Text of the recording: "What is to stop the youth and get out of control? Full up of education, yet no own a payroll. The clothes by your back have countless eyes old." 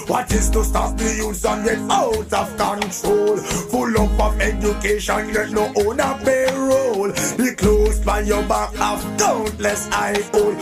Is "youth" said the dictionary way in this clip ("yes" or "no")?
no